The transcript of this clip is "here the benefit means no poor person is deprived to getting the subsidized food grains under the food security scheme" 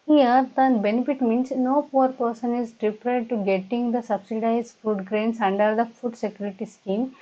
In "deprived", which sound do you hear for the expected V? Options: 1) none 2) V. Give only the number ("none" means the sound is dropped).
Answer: 1